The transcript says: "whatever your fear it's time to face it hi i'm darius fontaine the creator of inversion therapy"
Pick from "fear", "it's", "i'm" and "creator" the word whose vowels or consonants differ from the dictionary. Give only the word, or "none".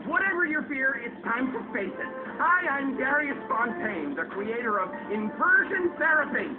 none